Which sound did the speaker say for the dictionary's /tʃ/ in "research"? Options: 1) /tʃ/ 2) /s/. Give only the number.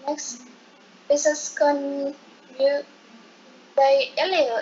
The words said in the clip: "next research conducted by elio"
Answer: 2